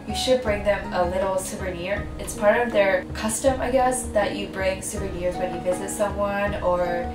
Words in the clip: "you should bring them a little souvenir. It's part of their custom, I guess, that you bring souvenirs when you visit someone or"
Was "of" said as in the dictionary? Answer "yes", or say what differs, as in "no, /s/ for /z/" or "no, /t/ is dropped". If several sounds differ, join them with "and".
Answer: yes